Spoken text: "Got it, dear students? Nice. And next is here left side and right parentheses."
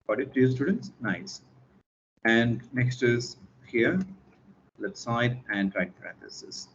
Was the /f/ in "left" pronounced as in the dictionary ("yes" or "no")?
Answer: no